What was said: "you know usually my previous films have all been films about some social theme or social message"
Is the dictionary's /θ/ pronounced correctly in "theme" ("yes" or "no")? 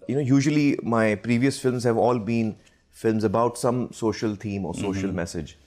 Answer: no